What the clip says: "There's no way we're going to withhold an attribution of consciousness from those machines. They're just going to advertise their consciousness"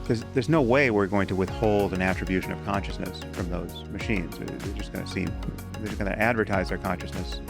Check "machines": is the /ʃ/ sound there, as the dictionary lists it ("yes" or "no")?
yes